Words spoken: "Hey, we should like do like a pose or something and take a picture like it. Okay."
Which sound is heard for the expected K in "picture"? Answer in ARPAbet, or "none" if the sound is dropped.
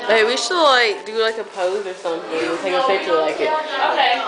none